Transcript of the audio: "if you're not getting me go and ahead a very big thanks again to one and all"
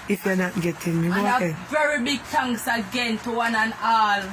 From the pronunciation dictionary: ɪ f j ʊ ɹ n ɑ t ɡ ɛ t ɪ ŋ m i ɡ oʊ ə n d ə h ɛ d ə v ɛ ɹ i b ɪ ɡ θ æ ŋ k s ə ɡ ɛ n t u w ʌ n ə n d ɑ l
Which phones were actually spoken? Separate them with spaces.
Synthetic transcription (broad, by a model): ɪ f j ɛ n ɑ t ɡ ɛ t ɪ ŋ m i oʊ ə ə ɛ v ɛ ɹ i b ɪ ɡ t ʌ ŋ s ə ɡ ɛ n t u w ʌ n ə n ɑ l